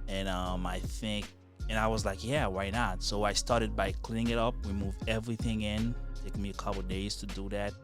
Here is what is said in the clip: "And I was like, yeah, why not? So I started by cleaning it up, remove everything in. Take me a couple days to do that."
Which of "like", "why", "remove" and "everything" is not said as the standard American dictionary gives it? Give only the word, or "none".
remove